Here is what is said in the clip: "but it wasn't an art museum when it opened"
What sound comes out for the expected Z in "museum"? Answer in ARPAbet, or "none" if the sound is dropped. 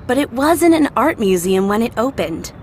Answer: Z